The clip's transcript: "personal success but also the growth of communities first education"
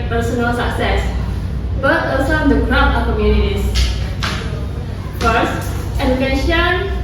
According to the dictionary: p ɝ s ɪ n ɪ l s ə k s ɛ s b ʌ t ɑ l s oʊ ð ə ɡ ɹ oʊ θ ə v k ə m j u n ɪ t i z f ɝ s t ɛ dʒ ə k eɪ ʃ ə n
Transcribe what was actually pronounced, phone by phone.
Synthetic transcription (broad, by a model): p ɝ s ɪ n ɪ l s ə k s ɛ s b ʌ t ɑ s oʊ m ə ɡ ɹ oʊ t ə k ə m j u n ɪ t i s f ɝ s t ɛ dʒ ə k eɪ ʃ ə n